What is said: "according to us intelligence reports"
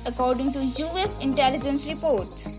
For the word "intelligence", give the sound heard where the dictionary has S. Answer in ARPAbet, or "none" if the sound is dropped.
S